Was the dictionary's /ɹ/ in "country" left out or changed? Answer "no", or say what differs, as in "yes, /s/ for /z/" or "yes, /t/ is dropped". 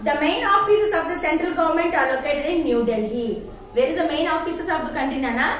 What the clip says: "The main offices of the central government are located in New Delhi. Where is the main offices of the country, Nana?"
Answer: yes, /ɹ/ is dropped